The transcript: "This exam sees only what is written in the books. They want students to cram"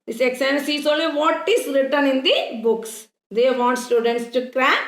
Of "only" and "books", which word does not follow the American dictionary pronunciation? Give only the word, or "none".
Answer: only